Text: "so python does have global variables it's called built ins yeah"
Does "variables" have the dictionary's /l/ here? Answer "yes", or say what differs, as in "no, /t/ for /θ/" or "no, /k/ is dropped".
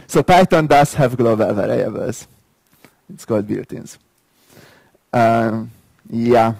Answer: no, /l/ is dropped